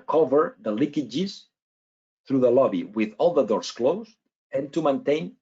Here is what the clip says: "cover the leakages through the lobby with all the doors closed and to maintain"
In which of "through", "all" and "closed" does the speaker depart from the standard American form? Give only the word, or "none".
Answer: closed